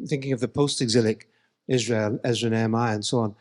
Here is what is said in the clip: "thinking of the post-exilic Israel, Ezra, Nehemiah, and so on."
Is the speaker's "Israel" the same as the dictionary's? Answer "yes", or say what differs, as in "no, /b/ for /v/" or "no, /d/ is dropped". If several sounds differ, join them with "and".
yes